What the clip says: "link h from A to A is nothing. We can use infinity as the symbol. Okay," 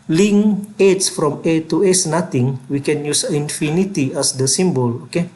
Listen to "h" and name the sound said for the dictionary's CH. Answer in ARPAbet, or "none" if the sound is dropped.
S